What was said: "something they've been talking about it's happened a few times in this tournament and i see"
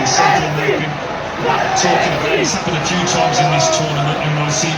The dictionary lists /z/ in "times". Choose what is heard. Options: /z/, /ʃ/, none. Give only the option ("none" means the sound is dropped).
/z/